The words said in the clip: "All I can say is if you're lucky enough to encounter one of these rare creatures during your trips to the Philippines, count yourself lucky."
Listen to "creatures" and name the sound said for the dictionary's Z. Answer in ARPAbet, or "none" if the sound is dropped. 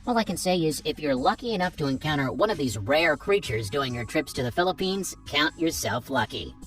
Z